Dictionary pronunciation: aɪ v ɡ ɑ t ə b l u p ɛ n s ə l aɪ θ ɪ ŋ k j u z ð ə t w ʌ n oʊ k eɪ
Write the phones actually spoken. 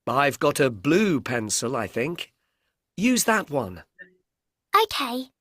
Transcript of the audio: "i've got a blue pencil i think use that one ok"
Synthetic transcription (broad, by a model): aɪ v ɡ ɑ t ə b l u p ɛ n s ə l aɪ θ ɪ ŋ k j u z ð ə t w ʌ n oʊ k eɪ